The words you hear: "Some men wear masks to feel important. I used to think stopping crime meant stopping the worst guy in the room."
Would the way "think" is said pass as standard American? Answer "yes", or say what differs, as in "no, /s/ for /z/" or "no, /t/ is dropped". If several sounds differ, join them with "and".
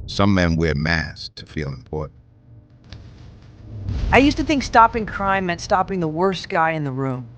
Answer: yes